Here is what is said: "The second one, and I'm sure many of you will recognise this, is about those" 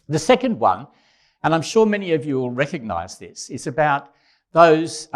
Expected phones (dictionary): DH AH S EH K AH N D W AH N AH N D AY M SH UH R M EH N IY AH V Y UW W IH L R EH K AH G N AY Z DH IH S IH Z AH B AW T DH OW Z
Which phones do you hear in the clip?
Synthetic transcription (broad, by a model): DH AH S EH K AH N D W AH N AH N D AY M SH UH R M EH N IY AH V Y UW W IH L R EH K AH G N AY Z DH IH S IH Z AH B AW T DH OW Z